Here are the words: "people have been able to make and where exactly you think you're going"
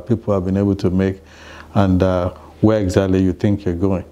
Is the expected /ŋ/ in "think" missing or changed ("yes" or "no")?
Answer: no